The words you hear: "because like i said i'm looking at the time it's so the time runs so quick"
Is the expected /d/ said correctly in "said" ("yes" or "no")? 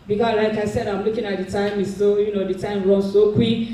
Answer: yes